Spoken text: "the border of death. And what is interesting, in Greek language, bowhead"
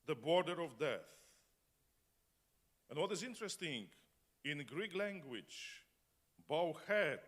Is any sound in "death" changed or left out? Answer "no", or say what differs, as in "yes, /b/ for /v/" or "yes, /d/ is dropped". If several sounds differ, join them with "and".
no